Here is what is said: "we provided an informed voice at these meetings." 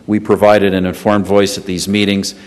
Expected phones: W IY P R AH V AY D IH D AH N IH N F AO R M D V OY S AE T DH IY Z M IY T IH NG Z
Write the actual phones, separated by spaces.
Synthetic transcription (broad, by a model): W IY P R AH V AY D IH D AH N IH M F AO R M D V OY S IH T DH IY Z M IY T IH NG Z